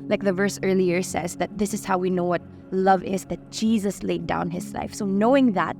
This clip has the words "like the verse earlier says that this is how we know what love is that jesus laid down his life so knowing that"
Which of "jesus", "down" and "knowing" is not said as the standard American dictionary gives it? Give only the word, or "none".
none